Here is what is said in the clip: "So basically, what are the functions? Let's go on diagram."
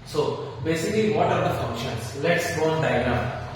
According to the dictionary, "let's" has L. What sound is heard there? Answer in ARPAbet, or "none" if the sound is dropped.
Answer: L